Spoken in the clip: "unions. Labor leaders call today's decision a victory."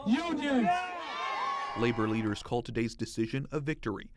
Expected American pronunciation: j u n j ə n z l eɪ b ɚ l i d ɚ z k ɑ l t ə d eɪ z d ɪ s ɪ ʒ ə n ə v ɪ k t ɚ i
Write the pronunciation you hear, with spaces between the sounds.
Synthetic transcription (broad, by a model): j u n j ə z l eɪ b ɚ l i d ɚ z k ɑ l t ə d eɪ z d ɪ s ɪ ʒ ə n ə v ɪ k t ɚ i